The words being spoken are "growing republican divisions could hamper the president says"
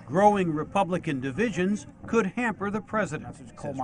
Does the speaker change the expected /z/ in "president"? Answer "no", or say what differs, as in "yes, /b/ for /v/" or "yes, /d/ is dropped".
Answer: no